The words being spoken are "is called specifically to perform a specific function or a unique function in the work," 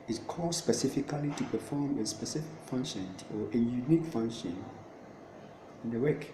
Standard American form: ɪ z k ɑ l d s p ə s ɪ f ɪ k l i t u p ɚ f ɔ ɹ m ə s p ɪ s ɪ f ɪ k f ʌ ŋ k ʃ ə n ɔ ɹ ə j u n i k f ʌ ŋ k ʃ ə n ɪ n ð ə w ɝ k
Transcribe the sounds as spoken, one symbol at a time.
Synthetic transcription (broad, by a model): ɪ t k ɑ d s p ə s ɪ f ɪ k l i t u p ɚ f ɔ m ə s p ɪ s ɪ f ɪ k f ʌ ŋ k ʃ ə n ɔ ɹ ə j u n i k f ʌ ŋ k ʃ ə n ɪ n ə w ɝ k